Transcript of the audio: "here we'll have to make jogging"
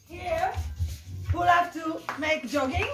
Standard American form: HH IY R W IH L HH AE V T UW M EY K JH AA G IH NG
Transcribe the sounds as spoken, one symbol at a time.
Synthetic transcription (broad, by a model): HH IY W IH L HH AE F T UW M EY K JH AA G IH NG